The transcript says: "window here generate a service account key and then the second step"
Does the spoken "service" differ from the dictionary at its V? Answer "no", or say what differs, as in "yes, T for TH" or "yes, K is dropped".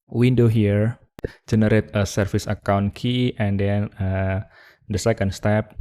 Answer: yes, F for V